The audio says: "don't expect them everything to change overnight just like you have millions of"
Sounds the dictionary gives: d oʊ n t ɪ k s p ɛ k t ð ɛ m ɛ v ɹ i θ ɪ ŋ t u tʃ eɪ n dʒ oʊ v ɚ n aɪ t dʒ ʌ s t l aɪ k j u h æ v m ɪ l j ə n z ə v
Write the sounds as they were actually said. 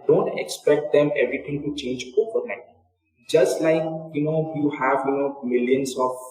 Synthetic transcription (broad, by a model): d oʊ n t ɪ k s p ɛ k t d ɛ m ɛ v ɹ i t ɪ ŋ t u tʃ eɪ n dʒ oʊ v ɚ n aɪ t dʒ ʌ s t l aɪ k j u h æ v m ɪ l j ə n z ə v